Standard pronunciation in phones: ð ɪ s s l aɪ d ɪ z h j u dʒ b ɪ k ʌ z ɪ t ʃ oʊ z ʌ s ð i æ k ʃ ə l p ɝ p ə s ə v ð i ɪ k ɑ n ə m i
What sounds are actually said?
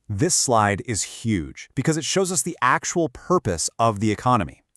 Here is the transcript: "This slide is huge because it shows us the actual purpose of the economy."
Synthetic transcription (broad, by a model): ð ɪ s s l aɪ d ɪ z h j u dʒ b ɪ k ʌ z ɪ t ʃ oʊ z ʌ s ð i æ k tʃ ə l p ɝ p ə s ə v ð i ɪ k ɑ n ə m i